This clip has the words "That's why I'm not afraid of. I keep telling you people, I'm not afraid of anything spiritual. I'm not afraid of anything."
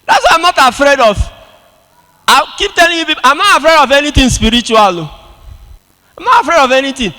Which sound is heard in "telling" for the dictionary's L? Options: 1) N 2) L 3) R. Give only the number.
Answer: 2